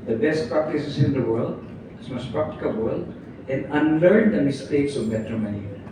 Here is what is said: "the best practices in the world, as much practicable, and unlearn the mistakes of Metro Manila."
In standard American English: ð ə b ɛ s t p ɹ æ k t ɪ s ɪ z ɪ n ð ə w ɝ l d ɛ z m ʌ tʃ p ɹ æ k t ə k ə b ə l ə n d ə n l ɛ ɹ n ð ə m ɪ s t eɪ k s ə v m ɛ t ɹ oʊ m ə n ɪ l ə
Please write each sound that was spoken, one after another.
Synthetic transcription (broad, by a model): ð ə b ɛ s t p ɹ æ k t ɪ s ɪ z ɪ n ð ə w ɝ l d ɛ s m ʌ s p ɹ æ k t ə k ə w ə l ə n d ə n l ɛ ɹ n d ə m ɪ s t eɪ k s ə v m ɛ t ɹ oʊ m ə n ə